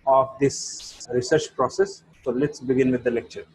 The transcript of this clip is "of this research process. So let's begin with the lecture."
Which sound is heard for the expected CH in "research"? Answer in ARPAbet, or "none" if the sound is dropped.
CH